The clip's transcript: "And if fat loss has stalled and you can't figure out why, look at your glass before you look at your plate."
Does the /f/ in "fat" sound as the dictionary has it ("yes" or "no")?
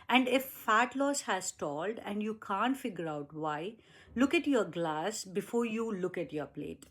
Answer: yes